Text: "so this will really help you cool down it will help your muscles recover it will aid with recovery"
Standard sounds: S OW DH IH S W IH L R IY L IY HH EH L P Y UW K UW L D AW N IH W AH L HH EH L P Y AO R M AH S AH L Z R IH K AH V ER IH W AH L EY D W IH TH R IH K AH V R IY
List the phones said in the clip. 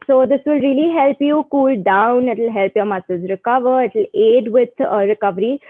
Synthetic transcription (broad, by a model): S OW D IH S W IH L R IY L IY HH EH L P Y UW K UW L D AW N IH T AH L HH EH L P Y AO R M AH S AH Z R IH K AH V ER IH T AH L EY D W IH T R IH K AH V R IY